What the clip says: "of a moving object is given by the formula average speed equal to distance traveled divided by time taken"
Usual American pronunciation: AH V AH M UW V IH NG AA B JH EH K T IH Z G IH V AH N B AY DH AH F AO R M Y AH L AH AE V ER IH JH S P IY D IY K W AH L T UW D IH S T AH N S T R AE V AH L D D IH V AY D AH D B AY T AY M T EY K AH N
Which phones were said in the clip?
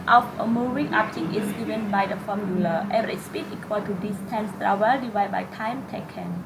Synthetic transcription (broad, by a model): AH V AH M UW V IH NG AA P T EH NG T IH S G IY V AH N B AY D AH F AO M Y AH L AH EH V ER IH S P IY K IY K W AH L T UW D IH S T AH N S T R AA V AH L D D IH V AY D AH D B AY T AY M T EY K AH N